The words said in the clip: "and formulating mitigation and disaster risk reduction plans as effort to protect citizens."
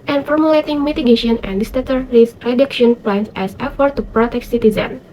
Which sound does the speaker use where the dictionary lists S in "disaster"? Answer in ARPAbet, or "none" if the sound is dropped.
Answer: none